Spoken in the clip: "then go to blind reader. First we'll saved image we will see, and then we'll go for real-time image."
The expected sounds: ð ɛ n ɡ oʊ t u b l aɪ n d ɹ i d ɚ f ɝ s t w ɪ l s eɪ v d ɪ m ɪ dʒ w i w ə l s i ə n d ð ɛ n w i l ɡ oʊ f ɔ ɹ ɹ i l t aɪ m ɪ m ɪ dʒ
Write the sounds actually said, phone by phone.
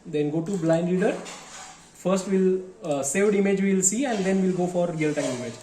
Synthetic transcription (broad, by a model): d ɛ n ɡ oʊ t u b l aɪ n d l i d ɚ f ɝ s t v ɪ l s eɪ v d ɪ m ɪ dʒ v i l s i ə n d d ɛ n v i l ɡ oʊ f ɔ ɹ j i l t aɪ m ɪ m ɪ dʒ